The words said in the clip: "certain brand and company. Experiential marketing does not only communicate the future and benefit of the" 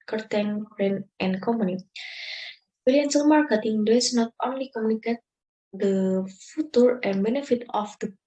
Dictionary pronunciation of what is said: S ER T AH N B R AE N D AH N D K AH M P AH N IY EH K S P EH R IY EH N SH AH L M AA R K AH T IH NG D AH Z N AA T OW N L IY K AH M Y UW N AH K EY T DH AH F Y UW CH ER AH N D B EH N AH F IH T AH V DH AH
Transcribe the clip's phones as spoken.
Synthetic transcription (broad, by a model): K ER T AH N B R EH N AH N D K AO M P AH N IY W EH L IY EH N S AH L M AA R K AH T IH NG D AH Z N AA T OW N L IY K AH M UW N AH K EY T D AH F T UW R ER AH N B EH N AH F IH T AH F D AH